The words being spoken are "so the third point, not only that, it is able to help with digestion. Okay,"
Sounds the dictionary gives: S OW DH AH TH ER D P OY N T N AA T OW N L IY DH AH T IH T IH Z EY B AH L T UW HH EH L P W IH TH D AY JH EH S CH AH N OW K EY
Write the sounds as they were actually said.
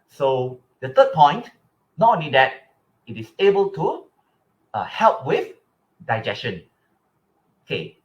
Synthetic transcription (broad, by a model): S OW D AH T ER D P OY N T N AA T OW N L IY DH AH T IH T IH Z EY B AH L T UW HH EH L P W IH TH D AY JH EH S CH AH N OW K EY